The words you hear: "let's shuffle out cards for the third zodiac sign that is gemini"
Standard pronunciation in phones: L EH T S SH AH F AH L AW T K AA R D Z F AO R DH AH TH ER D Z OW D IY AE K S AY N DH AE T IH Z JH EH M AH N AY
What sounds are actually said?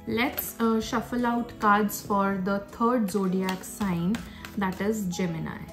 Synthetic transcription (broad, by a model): L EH T S SH AH F AH L AW T K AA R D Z F AO R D AH T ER D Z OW D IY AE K S AY N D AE T IH Z JH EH M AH N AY